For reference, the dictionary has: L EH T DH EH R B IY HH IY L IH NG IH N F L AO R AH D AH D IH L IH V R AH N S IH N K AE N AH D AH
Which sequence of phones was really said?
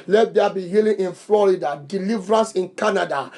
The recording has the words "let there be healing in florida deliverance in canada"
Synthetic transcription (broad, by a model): L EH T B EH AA B IY HH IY L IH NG IH N F L AO R AH D AH D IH L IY V R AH N S IH N K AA N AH D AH